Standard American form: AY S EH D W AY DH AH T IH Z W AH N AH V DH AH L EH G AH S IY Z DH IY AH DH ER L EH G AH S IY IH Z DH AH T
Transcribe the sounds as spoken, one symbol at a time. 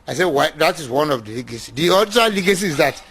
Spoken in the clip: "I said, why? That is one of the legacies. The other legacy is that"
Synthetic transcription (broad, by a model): AY S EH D W AY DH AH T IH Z W AH N AH V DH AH L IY G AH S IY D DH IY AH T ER L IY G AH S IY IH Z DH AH T